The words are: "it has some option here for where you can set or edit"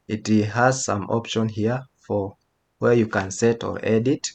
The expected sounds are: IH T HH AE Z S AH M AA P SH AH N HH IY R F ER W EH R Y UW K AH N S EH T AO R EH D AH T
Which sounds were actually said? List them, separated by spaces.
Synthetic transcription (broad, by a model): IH T HH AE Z S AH M AA P SH AH N HH IY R F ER W EH R Y UW K AH N S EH T AO R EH D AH T